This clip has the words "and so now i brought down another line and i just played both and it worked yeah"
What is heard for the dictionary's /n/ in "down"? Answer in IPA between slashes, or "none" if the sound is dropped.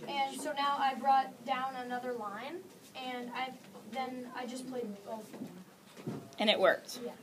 /n/